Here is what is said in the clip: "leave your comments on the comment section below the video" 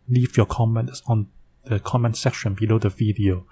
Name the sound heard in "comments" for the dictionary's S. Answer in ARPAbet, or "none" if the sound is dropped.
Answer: S